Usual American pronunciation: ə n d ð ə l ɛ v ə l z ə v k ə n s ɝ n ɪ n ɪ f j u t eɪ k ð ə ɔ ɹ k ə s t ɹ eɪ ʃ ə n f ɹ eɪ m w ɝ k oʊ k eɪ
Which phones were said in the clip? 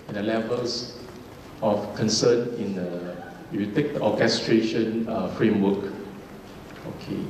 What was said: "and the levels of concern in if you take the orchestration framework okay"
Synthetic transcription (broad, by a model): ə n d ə l ɛ v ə l s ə f k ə n s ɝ n ɪ n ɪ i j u t eɪ k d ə ɔ k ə s t ɹ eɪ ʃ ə n f ɹ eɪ m w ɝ k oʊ k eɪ